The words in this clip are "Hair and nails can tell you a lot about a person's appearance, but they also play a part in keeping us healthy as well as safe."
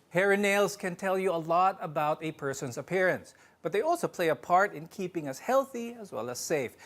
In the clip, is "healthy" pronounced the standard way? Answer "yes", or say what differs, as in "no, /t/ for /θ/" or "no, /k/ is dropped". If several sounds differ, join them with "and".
yes